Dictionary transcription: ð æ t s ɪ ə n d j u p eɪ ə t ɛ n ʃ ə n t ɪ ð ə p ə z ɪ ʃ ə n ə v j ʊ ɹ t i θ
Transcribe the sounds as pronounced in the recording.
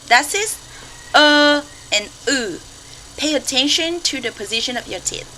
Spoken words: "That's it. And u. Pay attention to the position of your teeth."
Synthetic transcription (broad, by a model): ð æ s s ɪ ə n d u p eɪ ə t ɛ n ʃ ə n t ɪ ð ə p ə z ɪ ʃ ə n ə v j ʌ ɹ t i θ